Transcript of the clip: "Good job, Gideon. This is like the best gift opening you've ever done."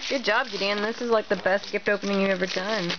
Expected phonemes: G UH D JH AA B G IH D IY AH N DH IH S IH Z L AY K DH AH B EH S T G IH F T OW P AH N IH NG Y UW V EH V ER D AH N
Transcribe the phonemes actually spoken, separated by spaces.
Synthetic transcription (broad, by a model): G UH D JH AA B G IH D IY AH N DH IH S IH Z L AY K DH AH B EH S T G IH F T OW P AH N IH NG Y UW EH V ER D AH N